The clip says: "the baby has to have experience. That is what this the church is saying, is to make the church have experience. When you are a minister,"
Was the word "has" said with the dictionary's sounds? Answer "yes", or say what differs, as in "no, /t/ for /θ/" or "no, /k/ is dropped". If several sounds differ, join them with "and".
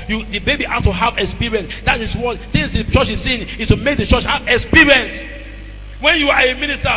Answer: no, /s/ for /z/